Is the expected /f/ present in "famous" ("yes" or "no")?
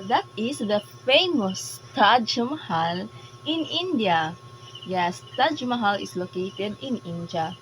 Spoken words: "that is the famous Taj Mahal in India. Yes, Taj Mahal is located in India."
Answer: yes